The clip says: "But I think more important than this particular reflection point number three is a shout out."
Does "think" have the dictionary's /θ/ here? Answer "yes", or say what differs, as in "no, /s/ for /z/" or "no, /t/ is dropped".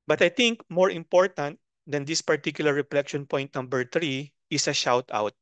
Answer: no, /t/ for /θ/